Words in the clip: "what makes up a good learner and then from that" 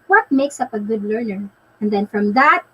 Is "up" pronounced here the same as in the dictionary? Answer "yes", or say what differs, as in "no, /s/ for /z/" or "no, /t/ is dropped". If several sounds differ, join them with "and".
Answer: yes